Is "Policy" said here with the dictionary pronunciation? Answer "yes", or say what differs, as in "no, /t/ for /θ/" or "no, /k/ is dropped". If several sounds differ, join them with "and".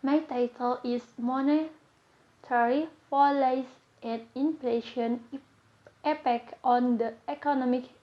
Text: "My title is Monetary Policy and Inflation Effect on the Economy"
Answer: no, /f/ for /p/